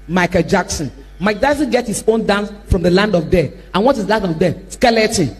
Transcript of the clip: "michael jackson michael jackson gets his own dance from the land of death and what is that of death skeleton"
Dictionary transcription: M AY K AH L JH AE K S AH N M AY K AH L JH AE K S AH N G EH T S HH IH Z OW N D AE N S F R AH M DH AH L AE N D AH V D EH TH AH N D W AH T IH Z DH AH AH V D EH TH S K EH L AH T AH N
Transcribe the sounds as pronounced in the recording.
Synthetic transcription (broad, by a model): M AY K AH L JH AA K S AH N M AY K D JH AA S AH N G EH T HH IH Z OW N D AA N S F R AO M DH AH L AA N D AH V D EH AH N W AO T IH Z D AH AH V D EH S K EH L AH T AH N